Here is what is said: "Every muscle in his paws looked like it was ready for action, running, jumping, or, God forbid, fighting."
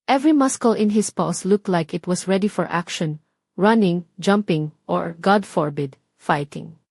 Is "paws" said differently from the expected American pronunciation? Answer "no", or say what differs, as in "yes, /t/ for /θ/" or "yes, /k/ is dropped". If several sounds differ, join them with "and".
yes, /s/ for /z/